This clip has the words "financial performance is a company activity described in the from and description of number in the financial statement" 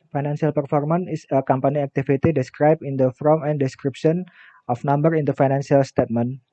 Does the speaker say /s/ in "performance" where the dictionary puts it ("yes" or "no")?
no